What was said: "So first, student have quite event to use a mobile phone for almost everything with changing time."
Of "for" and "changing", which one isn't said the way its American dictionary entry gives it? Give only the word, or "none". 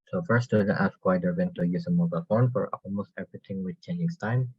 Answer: changing